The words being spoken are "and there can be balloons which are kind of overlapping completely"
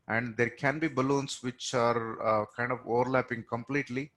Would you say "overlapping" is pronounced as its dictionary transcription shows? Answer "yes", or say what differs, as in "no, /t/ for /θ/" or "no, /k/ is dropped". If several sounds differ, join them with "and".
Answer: yes